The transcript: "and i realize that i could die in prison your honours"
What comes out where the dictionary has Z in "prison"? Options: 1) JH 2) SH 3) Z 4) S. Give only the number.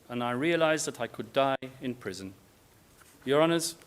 3